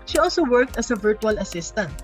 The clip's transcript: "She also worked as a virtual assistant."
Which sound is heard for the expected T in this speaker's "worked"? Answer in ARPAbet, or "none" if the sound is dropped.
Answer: T